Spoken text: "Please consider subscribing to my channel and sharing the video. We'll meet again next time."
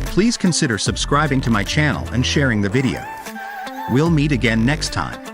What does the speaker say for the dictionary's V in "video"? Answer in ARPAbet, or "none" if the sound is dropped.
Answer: V